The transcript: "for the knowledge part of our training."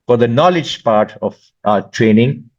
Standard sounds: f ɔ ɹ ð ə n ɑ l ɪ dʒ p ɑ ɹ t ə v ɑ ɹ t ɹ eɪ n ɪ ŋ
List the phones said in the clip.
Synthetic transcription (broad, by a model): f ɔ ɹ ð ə n ɑ l ɪ dʒ p ɑ ɹ t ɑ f t ɹ eɪ n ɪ ŋ